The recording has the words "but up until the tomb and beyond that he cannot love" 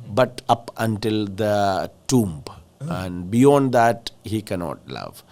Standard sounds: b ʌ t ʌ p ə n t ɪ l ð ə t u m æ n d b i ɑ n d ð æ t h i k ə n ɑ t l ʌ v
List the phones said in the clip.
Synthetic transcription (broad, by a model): b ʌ t ʌ p ə n t ɪ l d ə t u m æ n d b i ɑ n d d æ t h i k ə n ɑ t l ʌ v